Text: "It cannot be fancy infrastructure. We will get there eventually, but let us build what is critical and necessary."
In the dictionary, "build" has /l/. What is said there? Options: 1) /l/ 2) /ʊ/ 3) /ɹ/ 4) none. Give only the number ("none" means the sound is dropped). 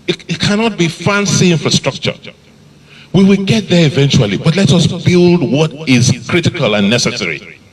1